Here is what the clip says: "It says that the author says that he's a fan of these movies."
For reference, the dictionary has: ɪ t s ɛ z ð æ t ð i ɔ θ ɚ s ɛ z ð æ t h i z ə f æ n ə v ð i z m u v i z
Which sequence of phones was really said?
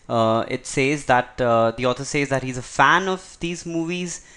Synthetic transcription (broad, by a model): ɪ t s ɛ z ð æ t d i ɔ t ɚ s ɛ z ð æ t h i z ə f æ n ə v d i z m u v i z